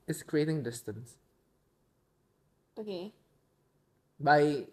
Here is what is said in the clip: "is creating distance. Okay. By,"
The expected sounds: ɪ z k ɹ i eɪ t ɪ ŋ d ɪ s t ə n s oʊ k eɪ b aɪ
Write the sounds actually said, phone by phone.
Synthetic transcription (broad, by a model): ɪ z k ɹ i eɪ t ɪ ŋ d ɪ s t ə n s oʊ k eɪ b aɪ